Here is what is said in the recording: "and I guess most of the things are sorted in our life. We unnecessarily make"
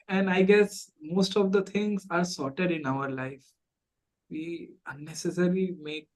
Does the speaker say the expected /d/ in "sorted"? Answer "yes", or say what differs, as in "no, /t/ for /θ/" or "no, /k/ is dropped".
yes